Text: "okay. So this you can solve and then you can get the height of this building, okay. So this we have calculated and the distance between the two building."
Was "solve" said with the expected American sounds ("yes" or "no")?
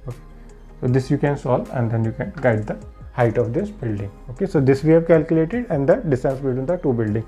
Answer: no